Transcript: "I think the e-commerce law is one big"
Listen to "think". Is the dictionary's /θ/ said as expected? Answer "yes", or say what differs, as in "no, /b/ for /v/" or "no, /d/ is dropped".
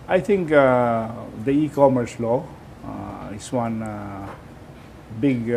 no, /t/ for /θ/